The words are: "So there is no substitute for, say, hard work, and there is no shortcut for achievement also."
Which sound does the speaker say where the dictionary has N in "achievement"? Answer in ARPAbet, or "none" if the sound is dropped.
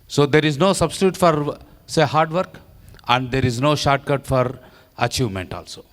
N